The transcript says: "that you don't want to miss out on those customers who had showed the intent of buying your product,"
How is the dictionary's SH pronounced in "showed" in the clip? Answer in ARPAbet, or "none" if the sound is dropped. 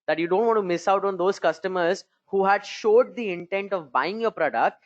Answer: SH